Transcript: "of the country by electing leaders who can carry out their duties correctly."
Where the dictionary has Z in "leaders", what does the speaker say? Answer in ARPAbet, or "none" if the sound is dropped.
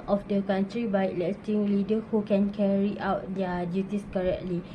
none